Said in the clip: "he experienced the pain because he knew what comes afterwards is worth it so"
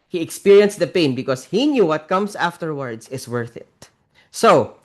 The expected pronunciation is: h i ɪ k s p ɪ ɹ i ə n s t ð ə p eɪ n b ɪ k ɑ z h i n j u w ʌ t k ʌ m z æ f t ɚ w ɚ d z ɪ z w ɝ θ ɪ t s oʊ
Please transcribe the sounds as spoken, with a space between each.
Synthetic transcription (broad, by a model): h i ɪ k s p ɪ ɹ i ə n s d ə p eɪ n b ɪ k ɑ s h i n j u w ʌ t k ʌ m s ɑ f t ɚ w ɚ d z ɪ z w ɝ θ ɪ t s oʊ